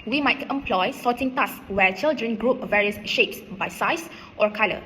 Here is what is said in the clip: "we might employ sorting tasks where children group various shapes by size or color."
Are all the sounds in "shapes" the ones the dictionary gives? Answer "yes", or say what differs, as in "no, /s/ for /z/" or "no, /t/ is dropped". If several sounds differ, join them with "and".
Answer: yes